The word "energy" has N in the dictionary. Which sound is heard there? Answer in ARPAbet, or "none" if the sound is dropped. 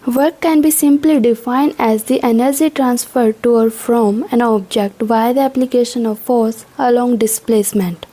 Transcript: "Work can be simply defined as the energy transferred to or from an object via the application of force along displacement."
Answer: N